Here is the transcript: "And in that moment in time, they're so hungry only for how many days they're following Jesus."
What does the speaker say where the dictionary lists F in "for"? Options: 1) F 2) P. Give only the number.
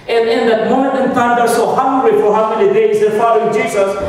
1